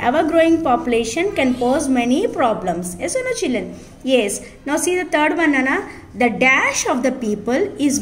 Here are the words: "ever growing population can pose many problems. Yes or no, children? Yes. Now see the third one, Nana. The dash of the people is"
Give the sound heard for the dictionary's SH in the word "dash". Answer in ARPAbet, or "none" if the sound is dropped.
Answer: SH